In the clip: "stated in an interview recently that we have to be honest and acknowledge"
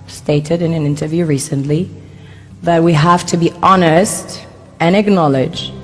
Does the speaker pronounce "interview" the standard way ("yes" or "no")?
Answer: yes